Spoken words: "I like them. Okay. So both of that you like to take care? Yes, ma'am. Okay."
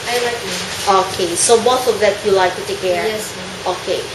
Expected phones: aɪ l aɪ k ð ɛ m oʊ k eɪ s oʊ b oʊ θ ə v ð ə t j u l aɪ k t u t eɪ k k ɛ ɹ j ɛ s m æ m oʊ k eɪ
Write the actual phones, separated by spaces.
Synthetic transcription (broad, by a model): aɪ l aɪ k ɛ oʊ k eɪ s oʊ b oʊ s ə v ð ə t j u l aɪ k t u t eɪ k k ɛ ɹ j ɛ s oʊ k eɪ